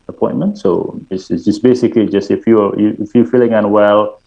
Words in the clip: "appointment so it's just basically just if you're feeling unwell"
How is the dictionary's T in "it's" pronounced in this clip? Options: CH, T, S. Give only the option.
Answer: S